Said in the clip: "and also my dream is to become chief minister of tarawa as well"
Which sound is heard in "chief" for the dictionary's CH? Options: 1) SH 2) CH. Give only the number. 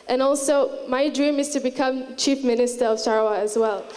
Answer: 2